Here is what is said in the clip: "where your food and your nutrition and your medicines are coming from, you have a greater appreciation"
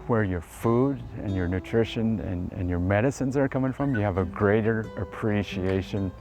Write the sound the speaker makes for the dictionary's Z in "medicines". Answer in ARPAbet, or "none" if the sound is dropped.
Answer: Z